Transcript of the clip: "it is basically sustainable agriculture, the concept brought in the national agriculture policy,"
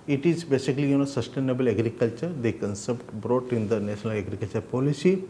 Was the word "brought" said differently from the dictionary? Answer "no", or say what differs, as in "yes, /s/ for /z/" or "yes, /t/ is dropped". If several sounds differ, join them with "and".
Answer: no